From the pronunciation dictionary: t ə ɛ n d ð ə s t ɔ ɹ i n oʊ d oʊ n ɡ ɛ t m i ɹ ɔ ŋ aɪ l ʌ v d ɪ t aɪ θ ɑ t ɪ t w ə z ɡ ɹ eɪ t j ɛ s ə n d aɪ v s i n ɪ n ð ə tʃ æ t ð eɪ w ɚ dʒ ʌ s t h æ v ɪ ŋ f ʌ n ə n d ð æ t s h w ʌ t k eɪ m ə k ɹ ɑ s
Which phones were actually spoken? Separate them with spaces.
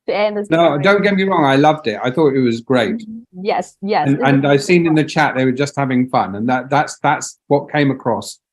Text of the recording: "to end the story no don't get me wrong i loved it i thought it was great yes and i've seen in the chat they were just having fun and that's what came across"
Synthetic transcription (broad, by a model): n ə n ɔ i d oʊ n ɡ ɛ t m i ɹ ɔ ŋ aɪ l ʌ v d ɪ t aɪ θ ɑ t ɪ t w ə z ɡ ɹ eɪ t j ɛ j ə n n aɪ v s i n ɪ n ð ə tʃ æ t ð eɪ w ɚ dʒ ʌ s t h æ v ɪ ŋ f ʌ n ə n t ð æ t s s w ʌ t k eɪ m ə k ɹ ɑ s